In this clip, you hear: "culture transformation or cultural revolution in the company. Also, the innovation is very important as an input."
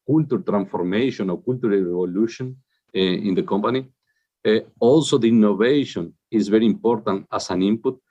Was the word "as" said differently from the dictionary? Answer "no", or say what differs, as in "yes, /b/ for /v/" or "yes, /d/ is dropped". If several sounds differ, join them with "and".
yes, /s/ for /z/